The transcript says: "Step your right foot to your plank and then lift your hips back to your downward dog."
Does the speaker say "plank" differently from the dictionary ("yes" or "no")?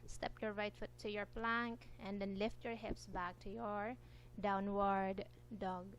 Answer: no